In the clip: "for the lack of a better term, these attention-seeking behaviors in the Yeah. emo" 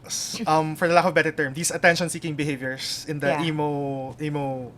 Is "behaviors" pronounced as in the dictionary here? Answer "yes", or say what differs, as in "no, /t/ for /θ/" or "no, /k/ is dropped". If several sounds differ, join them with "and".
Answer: no, /s/ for /z/